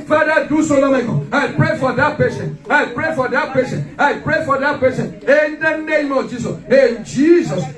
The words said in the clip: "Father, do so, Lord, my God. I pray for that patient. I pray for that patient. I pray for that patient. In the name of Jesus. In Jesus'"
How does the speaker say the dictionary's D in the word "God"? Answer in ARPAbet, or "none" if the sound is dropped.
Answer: none